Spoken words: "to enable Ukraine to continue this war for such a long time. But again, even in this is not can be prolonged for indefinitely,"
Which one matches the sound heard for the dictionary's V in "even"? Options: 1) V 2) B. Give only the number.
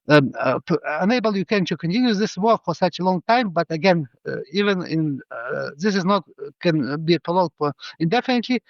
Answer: 1